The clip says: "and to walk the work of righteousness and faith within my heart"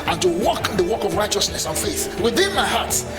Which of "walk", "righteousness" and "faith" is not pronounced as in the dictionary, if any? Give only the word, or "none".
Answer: none